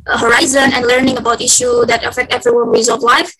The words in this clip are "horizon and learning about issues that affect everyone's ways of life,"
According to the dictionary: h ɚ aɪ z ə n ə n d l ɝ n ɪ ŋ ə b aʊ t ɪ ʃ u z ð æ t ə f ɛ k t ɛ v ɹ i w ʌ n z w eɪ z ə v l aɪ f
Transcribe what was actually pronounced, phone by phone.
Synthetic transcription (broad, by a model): h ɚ aɪ z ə n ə n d l ɝ n ɪ ŋ ə b aʊ t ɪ ʃ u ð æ t ə f ɛ k t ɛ v ɹ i w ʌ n w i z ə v l aɪ f